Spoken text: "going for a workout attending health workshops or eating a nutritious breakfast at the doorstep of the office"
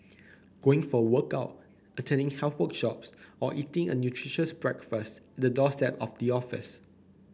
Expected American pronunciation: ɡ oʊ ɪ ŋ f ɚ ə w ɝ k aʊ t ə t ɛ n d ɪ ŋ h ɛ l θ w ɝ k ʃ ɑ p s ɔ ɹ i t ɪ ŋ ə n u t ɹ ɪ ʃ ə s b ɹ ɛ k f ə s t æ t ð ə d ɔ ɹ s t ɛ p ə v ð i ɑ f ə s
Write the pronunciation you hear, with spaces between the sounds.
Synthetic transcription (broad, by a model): ɡ oʊ ɪ ŋ f ə w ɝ k aʊ t ə t ɛ n d ɪ ŋ h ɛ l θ w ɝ k ʃ ɑ p s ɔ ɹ i t ɪ ŋ ə n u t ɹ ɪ ʃ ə s b ɹ ɛ k f ə s t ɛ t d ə d ɔ s t ɛ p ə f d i ɑ f ə s